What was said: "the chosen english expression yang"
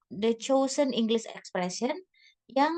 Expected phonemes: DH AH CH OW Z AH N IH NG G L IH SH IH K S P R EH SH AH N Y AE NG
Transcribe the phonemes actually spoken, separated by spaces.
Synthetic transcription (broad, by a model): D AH CH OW S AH N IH NG G L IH S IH K S P R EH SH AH N Y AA NG